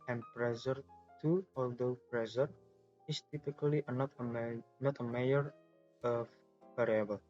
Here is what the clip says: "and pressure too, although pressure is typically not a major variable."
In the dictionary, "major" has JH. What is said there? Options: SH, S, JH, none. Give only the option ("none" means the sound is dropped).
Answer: none